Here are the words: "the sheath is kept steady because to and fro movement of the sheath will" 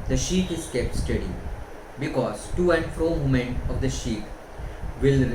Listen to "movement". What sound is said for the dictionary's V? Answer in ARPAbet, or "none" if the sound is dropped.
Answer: none